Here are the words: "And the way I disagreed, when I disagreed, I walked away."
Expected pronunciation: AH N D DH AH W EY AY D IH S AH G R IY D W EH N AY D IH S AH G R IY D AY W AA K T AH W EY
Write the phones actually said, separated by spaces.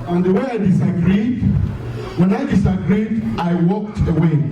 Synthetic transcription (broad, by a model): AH N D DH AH W EY AY D IH S AH G R IY D W EH N AY D IH S AH G R IY D AY W AA K T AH W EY